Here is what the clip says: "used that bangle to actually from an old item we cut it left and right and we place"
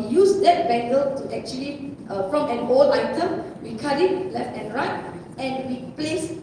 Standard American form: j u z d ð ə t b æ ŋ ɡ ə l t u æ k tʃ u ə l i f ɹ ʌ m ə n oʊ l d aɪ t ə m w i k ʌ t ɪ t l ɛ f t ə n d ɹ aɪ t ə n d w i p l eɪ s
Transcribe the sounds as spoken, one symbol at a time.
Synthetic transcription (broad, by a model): j u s d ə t b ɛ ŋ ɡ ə l t u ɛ k tʃ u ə l i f ɹ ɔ m ə n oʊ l aɪ t ə m w i k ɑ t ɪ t l ɛ f t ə n ɹ aɪ t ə n w i p l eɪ s